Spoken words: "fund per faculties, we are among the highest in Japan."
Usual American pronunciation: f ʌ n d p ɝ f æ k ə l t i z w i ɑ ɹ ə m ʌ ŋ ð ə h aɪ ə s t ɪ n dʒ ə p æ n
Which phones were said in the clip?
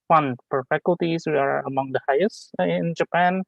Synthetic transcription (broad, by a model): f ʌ n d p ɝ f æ k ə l t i s w i ɑ ɹ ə m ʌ ŋ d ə h aɪ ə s ɪ n dʒ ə p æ n